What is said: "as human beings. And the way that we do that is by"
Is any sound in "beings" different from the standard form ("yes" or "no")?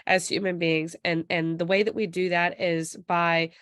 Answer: no